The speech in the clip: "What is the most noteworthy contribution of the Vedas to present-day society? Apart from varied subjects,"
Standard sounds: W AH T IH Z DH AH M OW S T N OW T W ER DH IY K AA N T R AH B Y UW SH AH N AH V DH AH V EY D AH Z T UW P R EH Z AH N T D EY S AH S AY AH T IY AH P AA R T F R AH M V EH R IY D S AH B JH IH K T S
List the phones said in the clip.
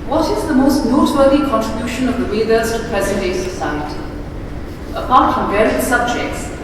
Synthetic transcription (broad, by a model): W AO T IH Z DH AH M OW S T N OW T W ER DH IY K AA N T R AH B Y UW SH AH N AH V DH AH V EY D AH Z T UW P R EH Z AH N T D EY S AH S AY AH T IY AH P AA R T F R AH M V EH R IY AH S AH B JH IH K T S